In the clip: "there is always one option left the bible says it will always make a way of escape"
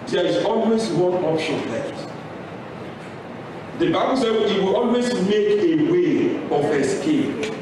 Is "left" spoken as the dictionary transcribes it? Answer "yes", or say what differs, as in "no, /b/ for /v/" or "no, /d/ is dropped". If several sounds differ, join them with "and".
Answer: no, /f/ is dropped